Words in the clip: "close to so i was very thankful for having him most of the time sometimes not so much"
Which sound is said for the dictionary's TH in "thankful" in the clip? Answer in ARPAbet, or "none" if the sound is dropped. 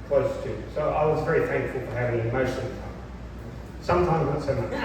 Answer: TH